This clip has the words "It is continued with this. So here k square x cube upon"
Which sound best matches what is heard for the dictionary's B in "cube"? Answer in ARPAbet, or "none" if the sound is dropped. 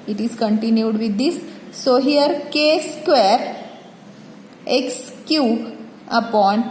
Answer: none